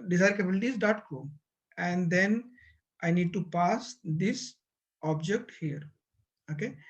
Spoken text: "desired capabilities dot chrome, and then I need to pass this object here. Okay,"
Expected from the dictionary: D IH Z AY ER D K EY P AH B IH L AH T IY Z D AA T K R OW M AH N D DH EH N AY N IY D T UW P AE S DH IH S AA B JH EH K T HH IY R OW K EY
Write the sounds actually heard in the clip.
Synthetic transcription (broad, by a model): D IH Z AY D K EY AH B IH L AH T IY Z D AA T K OW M AH N D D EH N AY N IY D T UW P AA S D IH S AA B JH EH K T HH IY R OW K EY